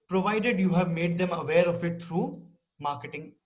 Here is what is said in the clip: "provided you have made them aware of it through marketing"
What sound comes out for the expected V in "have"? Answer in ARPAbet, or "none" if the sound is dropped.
V